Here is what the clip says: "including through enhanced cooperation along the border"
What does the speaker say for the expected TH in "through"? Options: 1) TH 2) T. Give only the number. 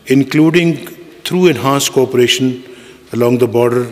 2